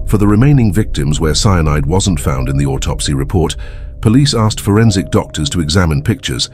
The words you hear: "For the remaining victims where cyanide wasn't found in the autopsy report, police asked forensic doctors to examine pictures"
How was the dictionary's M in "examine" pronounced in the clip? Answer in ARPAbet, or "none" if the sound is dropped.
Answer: M